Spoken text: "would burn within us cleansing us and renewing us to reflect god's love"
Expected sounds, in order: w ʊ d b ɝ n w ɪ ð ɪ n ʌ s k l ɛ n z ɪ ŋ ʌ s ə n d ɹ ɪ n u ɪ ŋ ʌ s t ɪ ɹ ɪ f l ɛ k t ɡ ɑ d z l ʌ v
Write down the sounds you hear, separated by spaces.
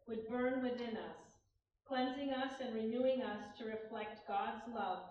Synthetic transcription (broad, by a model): w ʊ d b ɝ n w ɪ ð ɪ n ʌ s k l ɛ n z ɪ ŋ ʌ s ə n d ɹ ɪ n u ɪ ŋ ʌ s t ɪ ɹ ɪ f l ɛ k t ɡ ɑ d z l ʌ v